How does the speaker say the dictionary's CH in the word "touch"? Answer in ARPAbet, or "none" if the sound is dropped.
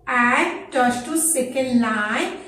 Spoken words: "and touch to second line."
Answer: S